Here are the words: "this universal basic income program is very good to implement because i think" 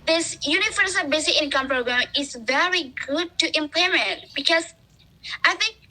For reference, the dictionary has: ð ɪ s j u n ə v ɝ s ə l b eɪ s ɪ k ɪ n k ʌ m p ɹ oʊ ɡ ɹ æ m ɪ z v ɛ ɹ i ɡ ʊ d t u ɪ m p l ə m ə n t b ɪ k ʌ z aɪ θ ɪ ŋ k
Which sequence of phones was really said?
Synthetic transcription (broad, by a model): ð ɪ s j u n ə f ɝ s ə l b eɪ s ɪ k ɪ n k ʌ m p ɹ oʊ ɡ ɹ æ m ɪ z v ɛ ɹ i ɡ ʊ d t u ɪ m p l ə m ə n t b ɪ k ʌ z aɪ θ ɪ ŋ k